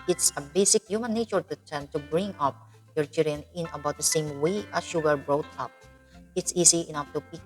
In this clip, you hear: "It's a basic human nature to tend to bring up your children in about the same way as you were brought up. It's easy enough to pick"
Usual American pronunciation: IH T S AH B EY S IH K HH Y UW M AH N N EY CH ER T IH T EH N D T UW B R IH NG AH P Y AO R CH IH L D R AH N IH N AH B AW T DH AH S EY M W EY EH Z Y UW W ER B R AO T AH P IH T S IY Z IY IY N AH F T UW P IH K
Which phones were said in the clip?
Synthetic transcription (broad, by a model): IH T S AH B EY S IH K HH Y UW M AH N N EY CH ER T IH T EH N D T UW B R IH NG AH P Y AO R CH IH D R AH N IH N AH B AW T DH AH S EY M W EY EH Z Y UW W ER B R AO T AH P IH T S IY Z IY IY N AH F T UW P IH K